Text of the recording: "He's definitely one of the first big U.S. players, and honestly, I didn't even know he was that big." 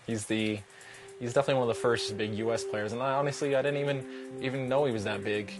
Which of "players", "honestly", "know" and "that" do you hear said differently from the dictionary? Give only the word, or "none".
none